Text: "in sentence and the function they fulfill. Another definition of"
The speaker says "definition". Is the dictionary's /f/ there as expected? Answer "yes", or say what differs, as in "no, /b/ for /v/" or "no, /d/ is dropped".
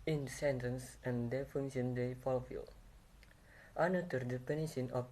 no, /p/ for /f/